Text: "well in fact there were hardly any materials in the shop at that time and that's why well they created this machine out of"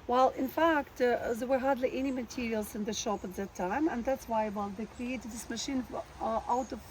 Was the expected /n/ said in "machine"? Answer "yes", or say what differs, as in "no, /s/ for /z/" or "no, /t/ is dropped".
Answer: yes